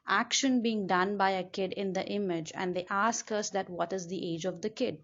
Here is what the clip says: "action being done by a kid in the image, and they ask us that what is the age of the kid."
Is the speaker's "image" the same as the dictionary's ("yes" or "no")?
yes